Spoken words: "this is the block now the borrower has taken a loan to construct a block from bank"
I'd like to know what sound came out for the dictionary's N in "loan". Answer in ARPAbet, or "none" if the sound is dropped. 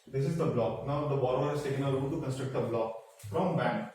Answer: L